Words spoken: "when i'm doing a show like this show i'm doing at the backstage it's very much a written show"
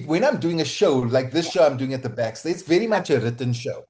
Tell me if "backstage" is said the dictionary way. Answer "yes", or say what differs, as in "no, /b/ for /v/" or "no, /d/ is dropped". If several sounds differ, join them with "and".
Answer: no, /dʒ/ is dropped